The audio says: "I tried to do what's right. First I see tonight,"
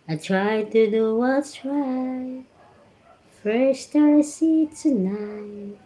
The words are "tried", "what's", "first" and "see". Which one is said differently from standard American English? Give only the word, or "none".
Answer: what's